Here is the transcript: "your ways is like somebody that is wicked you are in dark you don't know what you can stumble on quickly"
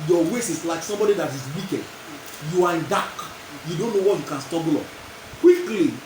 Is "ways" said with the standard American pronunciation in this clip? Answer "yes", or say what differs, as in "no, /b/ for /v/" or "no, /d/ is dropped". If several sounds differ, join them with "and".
no, /s/ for /z/